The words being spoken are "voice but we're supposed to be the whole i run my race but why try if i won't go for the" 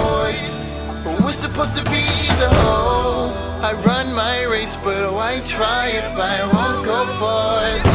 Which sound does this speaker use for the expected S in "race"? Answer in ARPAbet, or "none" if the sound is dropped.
S